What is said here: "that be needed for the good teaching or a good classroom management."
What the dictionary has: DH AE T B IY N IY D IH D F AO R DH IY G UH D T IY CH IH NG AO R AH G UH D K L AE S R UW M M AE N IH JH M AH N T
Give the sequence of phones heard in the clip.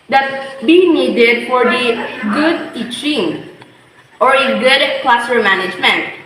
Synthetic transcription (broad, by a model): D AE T B IY N IY D IH D F AO R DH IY G UH D T IY CH IH NG AO R AH G UH D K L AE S AH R M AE N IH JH M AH N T